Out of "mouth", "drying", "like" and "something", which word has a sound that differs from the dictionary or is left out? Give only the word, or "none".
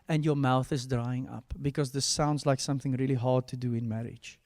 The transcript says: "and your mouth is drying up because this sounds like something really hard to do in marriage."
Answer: none